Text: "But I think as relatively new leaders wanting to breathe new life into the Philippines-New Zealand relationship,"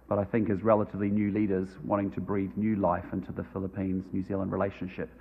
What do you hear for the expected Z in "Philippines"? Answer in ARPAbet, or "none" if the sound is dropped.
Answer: Z